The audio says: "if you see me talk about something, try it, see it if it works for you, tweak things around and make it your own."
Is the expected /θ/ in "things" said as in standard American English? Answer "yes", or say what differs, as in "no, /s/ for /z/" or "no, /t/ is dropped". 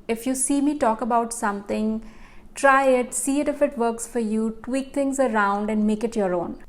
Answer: no, /t/ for /θ/